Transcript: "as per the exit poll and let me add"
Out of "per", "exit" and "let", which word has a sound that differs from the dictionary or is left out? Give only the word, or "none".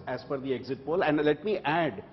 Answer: per